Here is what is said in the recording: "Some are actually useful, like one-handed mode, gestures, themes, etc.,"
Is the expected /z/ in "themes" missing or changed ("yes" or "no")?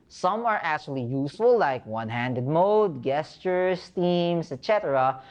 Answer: yes